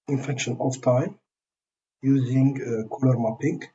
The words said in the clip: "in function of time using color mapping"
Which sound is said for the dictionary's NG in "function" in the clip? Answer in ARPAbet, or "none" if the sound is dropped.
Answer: none